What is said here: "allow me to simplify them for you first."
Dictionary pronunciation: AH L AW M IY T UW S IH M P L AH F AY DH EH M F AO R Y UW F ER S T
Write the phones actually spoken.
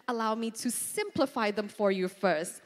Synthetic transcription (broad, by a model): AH L AW M IY T UW S IH M P L AH F AY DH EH M F AO R Y UW F ER S T